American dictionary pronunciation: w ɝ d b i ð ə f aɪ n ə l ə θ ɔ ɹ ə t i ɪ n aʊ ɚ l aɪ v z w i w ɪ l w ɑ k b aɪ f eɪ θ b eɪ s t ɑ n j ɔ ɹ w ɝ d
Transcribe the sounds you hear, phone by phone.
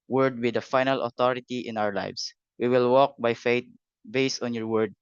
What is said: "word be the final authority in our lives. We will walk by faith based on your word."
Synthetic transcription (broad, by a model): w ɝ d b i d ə f aɪ n ə l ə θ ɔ ɹ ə t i ɪ n aʊ ɚ l aɪ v s w i w ɪ l w ɑ k b aɪ f eɪ t b eɪ s t ɑ n j ɔ ɹ w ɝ d